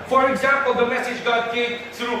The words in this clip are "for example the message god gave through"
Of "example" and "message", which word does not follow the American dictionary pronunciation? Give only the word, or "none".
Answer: none